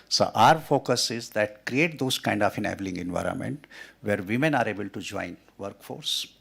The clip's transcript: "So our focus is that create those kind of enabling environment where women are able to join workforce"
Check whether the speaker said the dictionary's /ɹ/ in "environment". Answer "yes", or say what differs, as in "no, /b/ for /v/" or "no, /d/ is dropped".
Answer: yes